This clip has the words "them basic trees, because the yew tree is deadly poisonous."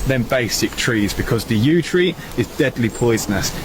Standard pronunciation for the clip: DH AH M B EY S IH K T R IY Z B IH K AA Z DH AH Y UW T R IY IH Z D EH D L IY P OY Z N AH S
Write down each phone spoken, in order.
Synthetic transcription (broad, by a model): DH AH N B EY S IH K T R IY Z B IH K AA Z DH AH Y UW T R IY IH Z D EH D L IY P OY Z N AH S